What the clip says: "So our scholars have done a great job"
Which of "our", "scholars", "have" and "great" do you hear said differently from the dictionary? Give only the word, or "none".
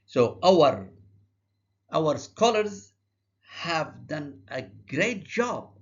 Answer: none